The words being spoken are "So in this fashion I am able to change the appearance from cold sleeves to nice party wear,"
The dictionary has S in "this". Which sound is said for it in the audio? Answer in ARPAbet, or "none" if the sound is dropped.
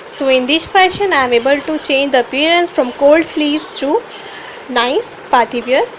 SH